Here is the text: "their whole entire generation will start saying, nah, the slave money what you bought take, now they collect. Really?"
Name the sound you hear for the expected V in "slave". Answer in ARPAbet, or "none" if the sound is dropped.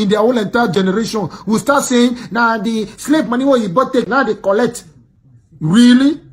P